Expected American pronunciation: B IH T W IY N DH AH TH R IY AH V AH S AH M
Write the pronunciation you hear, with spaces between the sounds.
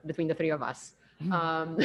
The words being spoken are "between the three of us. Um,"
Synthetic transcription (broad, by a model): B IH T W IY N DH AH TH R IY AH V AH S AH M